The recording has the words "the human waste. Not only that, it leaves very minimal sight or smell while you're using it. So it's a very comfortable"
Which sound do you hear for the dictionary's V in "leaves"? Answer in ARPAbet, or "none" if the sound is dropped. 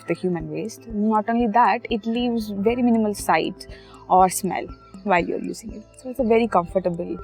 V